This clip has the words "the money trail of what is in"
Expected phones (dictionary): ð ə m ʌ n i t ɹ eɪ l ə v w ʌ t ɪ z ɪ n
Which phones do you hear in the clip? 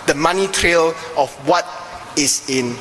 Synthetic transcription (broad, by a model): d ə m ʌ n i t ɹ eɪ l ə f w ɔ t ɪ s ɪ n